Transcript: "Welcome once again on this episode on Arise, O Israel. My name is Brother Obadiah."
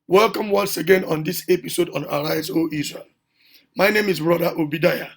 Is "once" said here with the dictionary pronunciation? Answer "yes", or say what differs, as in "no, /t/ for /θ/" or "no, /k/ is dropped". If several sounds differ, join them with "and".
yes